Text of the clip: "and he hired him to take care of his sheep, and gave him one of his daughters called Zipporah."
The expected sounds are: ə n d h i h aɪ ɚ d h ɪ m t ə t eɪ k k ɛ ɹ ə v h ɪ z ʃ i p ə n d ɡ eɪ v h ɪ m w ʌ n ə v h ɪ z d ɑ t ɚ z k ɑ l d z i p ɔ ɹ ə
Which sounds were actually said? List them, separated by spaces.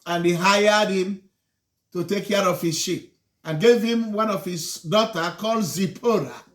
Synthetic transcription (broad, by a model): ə n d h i h aɪ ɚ d h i m t ə t eɪ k k ɛ ɹ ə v h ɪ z ʃ i p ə n ɡ eɪ v h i m w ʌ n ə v h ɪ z d ɑ t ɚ k ɑ l d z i p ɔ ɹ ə